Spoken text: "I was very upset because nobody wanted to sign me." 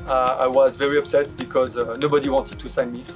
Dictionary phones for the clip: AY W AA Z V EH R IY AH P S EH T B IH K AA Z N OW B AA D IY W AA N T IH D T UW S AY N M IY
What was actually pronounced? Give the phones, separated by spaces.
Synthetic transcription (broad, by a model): AY W AA Z V EH R IY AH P S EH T B IH K AA Z N OW B AA D IY W AA N T IH D T UW S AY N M IY